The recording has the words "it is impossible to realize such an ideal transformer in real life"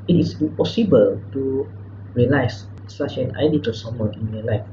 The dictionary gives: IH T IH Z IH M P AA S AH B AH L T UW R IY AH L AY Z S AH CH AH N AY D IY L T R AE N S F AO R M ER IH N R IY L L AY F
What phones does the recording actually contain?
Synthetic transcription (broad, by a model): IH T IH S IH M P AA S AH B AH L T UW R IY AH L AY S S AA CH AH N AY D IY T AE S AO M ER IH N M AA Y L AY F